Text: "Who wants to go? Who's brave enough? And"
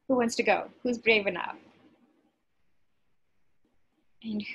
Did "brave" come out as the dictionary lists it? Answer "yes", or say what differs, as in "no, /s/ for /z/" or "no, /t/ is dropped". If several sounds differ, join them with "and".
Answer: yes